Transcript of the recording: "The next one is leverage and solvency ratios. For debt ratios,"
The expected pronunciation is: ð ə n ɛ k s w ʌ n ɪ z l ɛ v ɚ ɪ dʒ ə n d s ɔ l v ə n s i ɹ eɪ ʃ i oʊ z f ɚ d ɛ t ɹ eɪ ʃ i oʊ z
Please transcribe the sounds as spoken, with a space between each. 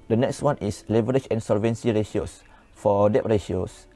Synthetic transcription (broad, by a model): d ə n ɛ k s w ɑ n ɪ s l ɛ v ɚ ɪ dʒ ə n s ɔ l v ə n s i ɹ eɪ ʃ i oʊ s f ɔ d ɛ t ɹ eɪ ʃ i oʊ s